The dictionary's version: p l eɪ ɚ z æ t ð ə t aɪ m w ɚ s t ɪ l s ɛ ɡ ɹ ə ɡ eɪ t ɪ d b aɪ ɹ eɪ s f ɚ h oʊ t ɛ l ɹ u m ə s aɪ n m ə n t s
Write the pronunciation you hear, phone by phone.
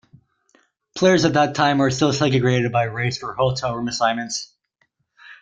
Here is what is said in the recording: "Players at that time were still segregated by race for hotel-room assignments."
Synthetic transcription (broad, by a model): p l eɪ ɚ z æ t ð ə t aɪ m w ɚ s t ɪ l s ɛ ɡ ə ɡ eɪ t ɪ d b aɪ ɹ eɪ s f ɚ h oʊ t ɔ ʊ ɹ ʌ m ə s aɪ m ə n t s